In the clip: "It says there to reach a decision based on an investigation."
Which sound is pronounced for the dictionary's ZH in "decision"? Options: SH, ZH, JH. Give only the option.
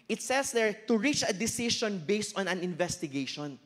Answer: SH